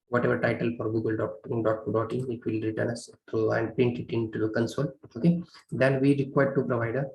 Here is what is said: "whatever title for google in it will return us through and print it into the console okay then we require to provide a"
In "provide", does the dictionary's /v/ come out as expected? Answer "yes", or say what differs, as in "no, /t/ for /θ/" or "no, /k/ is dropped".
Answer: yes